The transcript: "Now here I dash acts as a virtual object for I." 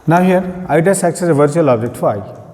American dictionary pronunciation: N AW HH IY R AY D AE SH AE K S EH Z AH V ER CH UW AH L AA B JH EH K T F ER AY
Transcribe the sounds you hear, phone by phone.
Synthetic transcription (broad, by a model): N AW HH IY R AY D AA S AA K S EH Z AH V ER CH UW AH L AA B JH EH K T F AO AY